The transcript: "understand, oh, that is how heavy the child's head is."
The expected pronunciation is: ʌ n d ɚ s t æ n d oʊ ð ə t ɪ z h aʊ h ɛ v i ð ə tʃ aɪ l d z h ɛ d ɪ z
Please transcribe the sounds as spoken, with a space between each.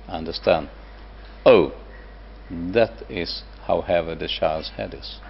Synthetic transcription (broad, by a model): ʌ n d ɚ s t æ n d oʊ ð ə t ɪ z h aʊ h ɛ v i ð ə ʃ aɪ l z h ɛ d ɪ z